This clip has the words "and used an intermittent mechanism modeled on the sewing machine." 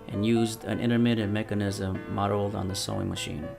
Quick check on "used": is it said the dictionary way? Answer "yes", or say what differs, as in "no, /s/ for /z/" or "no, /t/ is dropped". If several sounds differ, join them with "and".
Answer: yes